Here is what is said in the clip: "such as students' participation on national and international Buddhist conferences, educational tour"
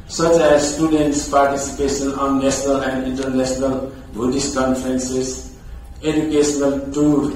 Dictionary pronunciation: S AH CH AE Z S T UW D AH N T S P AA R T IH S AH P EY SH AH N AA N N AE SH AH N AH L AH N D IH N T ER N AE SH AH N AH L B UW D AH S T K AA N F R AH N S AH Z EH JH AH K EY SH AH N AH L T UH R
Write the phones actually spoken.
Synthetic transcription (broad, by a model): S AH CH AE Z S T UW D AH N T S P AA R T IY S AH P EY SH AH N AA N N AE S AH N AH L AH N D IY N T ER N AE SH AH N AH L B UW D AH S K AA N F R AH N S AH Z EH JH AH K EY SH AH N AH L T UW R